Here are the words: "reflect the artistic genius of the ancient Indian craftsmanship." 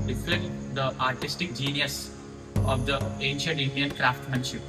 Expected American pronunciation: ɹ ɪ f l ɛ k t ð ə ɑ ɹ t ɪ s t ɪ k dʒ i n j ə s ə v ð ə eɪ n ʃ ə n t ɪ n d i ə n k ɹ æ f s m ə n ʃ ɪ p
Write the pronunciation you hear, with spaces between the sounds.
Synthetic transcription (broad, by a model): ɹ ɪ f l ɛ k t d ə ɑ ɹ t ɪ s t ɪ k dʒ i n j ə s ə v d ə eɪ n ʃ ə n t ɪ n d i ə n k ɹ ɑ f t m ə n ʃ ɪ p